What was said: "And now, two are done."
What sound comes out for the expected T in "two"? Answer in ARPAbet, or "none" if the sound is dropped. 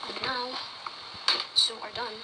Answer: S